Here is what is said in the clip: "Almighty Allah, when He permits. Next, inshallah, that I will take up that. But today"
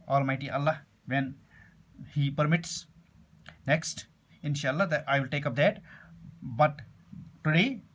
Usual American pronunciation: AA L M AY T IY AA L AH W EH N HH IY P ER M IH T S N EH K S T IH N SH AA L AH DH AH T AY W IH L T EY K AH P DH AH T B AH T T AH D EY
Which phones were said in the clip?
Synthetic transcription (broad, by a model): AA L M AY T IY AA L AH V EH N HH IY P ER M IH T S N EH K S T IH N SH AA AH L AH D AY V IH L T EY K AH P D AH T B AH T T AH D EY